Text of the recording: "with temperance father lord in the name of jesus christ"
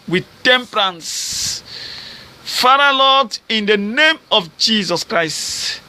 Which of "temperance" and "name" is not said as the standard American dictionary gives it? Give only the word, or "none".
none